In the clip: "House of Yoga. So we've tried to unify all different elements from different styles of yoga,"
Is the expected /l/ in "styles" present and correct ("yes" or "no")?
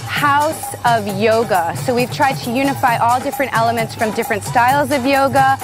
yes